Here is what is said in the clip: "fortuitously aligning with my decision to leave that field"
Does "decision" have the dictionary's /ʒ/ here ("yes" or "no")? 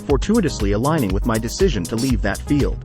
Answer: yes